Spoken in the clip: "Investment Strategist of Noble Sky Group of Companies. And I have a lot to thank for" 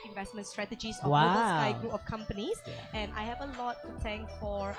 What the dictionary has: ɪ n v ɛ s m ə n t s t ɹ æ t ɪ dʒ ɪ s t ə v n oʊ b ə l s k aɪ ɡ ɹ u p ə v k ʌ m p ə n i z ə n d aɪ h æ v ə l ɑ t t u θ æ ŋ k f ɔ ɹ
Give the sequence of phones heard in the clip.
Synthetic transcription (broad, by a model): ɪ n v ɛ s m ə n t s t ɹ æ t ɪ dʒ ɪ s ə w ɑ ə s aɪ ɡ ɹ u p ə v k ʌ m p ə n i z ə n aɪ h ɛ v ə l ɑ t t u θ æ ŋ k f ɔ ɹ